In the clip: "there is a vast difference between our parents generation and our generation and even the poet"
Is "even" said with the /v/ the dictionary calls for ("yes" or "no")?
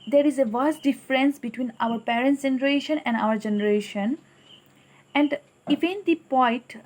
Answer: no